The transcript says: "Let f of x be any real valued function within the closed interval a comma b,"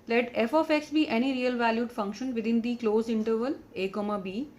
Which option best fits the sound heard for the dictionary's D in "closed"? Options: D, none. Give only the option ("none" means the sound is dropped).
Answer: none